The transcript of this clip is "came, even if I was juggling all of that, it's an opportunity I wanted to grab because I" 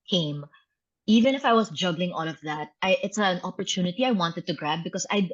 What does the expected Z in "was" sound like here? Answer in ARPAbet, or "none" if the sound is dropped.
S